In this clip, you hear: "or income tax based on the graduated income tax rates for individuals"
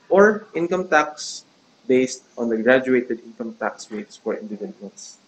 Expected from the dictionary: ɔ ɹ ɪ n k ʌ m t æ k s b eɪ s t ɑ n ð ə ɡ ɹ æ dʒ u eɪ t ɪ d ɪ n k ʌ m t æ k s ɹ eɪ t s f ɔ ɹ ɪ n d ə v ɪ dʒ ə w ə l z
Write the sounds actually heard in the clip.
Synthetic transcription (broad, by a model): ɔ ɹ ɪ n k ʌ m t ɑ k s b eɪ s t ɑ n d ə ɡ ɹ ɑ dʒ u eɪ t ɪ d ɪ n k ʌ m t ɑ k s w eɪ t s f ɔ ɹ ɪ n d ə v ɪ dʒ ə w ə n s